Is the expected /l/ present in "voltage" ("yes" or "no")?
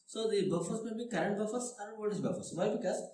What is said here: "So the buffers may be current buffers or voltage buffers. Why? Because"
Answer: no